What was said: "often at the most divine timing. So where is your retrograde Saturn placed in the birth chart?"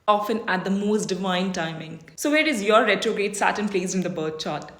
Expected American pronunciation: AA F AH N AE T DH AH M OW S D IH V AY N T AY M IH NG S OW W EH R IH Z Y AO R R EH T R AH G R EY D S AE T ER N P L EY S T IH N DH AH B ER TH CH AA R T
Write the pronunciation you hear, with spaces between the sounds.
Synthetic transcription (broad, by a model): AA F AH N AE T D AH M OW S D IH V AY N T AY M IH NG S OW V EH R IH Z Y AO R R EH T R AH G R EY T S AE T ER N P L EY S IH N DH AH B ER T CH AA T